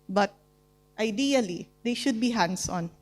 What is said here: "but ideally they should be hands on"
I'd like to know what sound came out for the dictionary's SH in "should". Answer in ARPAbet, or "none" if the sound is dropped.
SH